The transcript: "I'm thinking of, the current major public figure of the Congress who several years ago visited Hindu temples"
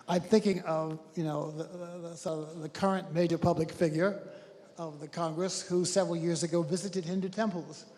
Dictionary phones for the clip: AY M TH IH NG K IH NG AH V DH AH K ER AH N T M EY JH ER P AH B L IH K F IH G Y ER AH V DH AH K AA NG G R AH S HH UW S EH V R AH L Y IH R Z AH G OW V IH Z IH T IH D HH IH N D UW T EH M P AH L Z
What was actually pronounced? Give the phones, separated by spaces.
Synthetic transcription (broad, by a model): AY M TH IH NG K IH NG AH V DH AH K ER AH N M EY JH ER P AH B L IH K F IH G Y ER AH V DH AH K AA NG G R AH S HH UW S EH V R L Y IH R Z AH G OW V IH Z IH T IH D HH IH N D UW T EH M P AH L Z